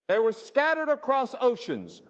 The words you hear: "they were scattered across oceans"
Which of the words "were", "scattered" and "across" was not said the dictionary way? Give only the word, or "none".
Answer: none